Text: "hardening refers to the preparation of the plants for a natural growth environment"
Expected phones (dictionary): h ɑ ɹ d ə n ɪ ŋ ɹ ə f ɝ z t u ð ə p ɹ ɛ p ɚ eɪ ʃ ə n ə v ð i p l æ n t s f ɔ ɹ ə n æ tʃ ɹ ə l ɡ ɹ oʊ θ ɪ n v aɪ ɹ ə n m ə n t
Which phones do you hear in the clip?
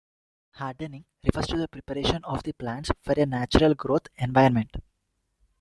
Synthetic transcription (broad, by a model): h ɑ ɹ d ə n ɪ ŋ ɹ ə f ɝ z t u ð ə p ɹ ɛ p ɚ eɪ ʃ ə n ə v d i p l æ n t s f ɔ ɹ ə n æ tʃ ɹ ə l ɡ ɹ oʊ t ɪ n v aɪ ə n m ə n t